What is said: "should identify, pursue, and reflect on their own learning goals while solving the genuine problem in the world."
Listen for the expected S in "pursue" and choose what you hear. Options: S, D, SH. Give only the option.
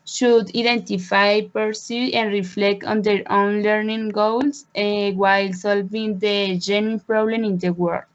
S